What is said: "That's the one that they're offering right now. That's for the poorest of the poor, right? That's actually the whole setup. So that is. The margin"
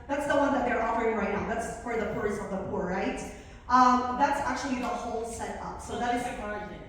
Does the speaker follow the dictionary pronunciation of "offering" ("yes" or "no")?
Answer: no